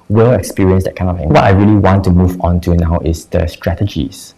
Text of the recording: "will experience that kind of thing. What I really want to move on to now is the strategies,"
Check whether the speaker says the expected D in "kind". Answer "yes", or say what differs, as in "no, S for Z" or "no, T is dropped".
no, D is dropped